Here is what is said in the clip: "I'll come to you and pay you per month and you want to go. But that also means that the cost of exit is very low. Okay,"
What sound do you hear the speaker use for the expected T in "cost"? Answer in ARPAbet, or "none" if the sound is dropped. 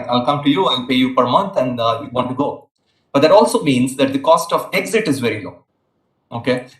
T